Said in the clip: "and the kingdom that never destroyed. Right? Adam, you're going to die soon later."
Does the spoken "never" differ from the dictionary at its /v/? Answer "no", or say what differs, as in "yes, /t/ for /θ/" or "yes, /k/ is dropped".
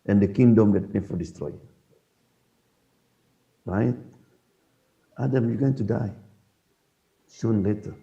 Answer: yes, /f/ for /v/